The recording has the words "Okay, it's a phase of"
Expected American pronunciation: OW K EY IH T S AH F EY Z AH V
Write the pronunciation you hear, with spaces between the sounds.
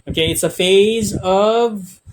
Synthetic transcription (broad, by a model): OW K EY IH T S AH F EY Z AH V